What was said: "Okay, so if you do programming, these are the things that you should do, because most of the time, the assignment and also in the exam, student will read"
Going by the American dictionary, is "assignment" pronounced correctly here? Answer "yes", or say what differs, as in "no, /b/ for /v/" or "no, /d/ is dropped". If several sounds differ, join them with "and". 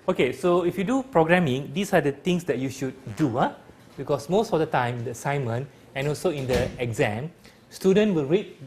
no, /n/ is dropped and /t/ is dropped